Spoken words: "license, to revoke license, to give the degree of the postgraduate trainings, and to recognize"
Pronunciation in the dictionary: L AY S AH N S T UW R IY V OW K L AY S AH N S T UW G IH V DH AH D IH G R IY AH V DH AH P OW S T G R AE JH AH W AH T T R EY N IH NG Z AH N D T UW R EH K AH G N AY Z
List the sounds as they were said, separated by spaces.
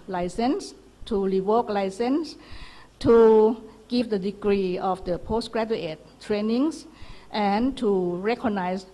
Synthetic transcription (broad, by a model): L AY S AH N S T UW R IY W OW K L AY S AH N S T UW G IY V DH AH D IH G R IY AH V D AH P OW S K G R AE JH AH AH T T R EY N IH NG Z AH N T UW R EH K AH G N AY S